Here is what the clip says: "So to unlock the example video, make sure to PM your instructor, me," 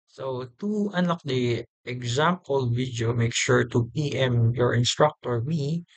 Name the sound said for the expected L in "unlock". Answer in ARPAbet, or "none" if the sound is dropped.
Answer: none